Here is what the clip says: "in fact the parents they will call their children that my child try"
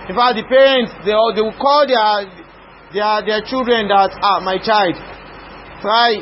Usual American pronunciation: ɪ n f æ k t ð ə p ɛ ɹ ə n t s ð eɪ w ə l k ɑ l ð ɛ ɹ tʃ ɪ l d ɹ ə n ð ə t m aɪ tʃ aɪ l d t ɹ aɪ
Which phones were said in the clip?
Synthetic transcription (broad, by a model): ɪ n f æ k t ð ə p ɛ ɹ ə n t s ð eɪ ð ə w k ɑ l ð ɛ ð tʃ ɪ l d ɹ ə n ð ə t m aɪ tʃ aɪ l d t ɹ aɪ